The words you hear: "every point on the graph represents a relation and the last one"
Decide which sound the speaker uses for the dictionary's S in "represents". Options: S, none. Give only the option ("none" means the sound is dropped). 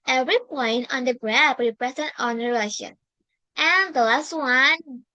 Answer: none